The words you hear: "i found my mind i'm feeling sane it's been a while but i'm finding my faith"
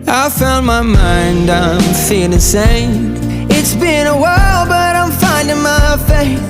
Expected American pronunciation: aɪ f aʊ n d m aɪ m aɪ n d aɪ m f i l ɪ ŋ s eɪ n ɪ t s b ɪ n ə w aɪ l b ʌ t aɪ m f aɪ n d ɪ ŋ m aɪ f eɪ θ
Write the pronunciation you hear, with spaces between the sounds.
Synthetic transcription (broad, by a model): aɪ f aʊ n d m aɪ m aɪ n d aɪ m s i ɪ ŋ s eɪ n ɪ t s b ɪ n ə w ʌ l b ʌ t aɪ m f aɪ n d ɪ ŋ m aɪ f eɪ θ